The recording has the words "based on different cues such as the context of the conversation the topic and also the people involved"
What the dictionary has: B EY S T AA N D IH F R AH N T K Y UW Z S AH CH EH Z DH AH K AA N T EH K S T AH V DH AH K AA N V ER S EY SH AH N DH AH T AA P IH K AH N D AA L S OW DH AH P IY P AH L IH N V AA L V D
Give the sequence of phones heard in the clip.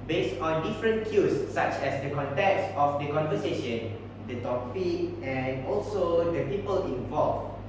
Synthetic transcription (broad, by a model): B EY S T AA N D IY F R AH N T K Y UW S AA CH EH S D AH K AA N T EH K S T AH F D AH K AA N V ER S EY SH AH N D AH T AA F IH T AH N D AA L S OW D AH P IY P AH L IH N V AA L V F